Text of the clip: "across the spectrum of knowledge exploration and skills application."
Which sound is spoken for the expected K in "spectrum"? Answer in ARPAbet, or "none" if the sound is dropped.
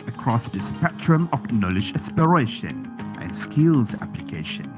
none